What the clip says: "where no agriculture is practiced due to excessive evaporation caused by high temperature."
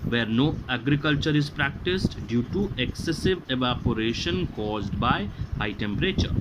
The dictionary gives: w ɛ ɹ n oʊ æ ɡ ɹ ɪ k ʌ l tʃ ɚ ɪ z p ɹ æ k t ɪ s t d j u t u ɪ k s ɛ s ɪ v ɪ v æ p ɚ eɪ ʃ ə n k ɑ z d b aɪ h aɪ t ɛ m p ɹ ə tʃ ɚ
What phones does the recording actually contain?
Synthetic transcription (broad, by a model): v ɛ ɹ n oʊ æ ɡ ɹ ɪ k ʌ l tʃ ɚ ɪ z p ɹ æ k t ɪ s t d j u t u ɪ k s ɛ s ɪ v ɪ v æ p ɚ eɪ ʃ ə n k ɑ z d b aɪ h aɪ t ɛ m p ɹ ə tʃ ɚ